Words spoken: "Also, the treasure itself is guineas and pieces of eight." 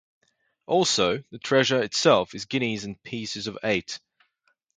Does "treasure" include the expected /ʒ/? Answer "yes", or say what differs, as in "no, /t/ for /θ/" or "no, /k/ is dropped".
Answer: yes